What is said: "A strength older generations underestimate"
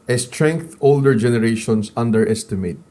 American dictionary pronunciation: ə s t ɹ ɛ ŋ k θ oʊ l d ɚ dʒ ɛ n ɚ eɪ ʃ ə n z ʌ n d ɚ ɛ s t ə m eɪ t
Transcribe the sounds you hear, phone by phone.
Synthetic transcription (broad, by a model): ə s t ɹ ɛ ŋ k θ oʊ l d ɚ dʒ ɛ n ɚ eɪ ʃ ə n s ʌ n d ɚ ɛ s t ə m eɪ t